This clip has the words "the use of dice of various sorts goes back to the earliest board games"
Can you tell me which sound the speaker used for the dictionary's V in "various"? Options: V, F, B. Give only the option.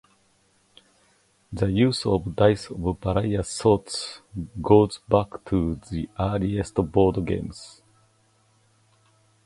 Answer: B